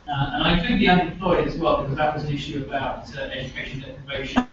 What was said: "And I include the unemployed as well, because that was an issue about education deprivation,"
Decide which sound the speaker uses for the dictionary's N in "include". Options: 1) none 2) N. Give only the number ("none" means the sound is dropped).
1